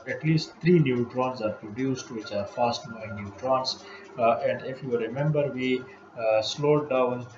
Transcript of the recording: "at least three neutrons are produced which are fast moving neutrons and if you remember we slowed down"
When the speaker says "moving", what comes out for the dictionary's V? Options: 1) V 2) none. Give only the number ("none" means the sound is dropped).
2